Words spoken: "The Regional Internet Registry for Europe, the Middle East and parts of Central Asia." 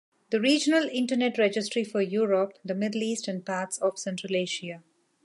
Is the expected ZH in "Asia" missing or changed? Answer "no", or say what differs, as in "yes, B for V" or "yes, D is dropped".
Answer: yes, SH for ZH